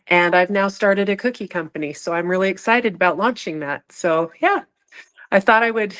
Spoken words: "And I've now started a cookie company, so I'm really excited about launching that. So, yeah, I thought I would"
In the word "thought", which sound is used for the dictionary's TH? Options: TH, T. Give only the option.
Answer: TH